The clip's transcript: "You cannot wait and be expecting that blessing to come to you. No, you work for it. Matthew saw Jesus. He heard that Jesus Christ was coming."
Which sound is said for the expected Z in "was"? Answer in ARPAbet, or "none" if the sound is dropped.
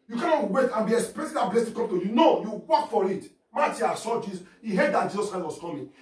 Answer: S